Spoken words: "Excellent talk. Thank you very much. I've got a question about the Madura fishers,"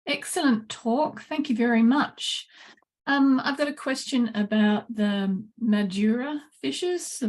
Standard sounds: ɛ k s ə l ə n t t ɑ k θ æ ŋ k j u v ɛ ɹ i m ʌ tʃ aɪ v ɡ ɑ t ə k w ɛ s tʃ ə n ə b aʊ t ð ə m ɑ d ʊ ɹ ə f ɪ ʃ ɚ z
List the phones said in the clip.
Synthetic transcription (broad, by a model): ɛ k s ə l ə n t t ɑ k θ æ ŋ k j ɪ v ɛ ɹ i m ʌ tʃ aɪ v ɡ ɑ t ə k w ɛ s tʃ ə n ə b aʊ t ð ə m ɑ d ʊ ɹ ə f ɪ ʃ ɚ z